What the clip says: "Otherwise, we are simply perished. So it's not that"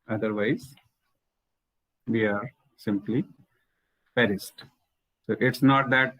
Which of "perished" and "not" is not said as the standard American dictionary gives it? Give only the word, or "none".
perished